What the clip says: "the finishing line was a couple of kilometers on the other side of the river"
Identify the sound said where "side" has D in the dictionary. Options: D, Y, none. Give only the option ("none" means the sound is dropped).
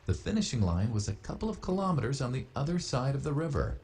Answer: D